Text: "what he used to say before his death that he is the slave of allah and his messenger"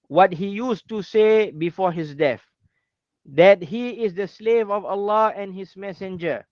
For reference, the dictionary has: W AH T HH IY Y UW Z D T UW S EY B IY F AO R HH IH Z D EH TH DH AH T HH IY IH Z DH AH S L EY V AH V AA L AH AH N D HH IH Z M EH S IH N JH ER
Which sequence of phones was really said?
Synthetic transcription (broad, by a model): W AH T HH IY Y UW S T UW S EY B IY F AO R HH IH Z D EH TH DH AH T HH IY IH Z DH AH S L EY V AH V AA L AH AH N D HH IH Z M EH S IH N JH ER